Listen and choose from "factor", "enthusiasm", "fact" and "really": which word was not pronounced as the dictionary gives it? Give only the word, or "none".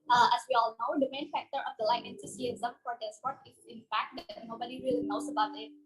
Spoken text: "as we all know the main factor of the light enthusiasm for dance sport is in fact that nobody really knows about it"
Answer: enthusiasm